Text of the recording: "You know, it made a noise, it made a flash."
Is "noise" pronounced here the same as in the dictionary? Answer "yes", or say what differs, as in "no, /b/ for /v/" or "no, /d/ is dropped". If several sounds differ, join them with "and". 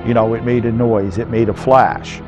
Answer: yes